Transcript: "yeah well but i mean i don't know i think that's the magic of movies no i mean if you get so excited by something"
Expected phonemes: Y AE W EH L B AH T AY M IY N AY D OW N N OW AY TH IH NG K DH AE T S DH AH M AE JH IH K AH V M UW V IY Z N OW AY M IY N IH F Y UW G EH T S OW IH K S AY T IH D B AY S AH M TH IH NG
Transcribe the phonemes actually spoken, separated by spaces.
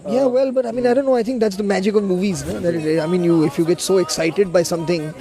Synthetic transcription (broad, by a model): Y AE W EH L B AH T AY M IY N AY D OW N N OW AY T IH NG K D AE T S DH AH M AE JH IH K AH V M UW V IY Z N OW AY M IY N IH F Y UW G EH T S OW IH K S AY T IH D B AY S AH M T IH NG